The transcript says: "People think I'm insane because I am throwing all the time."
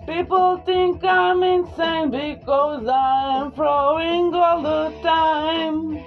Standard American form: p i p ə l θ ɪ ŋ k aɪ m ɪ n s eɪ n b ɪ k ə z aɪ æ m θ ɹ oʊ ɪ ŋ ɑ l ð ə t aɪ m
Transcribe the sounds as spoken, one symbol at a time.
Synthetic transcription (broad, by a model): p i p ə l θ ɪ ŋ k aɪ m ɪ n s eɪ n b ɪ k ə z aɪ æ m f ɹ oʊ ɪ ŋ ɑ l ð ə t aɪ m